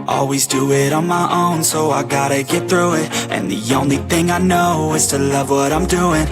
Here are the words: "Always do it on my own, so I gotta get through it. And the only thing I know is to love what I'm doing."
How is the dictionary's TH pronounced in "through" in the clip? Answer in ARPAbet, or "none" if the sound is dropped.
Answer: TH